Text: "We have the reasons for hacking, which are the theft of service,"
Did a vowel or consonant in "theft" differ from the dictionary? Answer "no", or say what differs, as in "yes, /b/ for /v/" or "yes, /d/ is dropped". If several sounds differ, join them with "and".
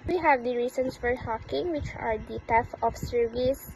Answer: yes, /t/ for /θ/ and /t/ is dropped